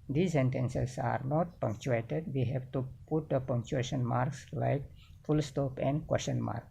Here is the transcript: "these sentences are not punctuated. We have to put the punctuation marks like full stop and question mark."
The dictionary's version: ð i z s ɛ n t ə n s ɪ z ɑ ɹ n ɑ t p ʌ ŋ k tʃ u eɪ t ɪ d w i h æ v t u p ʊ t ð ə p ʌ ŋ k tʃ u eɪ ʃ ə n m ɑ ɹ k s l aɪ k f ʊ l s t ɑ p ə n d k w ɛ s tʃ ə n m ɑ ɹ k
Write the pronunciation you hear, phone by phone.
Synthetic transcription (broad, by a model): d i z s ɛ n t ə n s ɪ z ɑ ɹ n ɑ t p ʌ ŋ k tʃ u eɪ t ɪ d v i h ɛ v t u p ʊ t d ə p ʌ ŋ k tʃ u eɪ ʃ ə n m ɑ ɹ k s l aɪ k f ʊ l s t ɑ p ə n d k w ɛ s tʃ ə n m ɑ ɹ k